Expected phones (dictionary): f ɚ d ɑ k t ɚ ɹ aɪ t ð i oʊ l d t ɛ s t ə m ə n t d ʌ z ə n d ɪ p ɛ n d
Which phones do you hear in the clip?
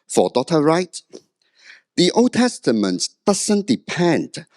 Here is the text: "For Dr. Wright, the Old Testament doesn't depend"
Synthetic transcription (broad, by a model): f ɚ d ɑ t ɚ ɹ aɪ t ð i oʊ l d t ɛ s t ə m ə n t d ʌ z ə n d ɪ p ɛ n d